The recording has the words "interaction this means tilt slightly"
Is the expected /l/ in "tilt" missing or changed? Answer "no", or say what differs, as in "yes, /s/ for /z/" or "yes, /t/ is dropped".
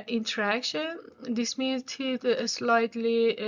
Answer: yes, /l/ is dropped